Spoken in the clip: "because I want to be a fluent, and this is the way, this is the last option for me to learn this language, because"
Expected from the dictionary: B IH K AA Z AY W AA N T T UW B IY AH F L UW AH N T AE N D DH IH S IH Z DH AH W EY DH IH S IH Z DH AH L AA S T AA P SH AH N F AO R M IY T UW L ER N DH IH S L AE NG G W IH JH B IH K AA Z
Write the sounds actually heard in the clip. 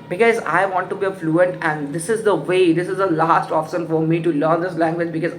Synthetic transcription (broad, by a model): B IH K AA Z AY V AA N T T UW B IY AH F L UW AH N T AE N D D IH S IH Z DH AH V EY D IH S IH Z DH AH L AA S T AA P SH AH N F AO R M IY T UW L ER N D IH S L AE NG G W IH JH B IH K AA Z